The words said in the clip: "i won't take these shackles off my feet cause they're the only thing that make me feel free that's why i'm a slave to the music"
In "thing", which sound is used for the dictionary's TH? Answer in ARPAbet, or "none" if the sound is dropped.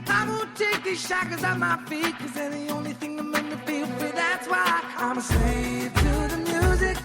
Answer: TH